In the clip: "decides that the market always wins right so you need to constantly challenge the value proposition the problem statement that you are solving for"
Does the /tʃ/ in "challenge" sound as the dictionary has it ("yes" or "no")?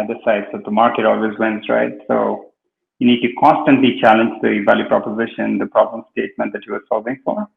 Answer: yes